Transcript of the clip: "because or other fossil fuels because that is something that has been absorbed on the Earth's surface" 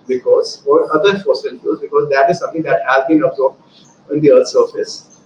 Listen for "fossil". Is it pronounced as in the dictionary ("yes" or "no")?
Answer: no